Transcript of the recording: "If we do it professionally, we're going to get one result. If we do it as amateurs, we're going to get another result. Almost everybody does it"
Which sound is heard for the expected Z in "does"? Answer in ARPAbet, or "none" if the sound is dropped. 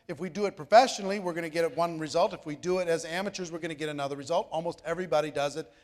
Z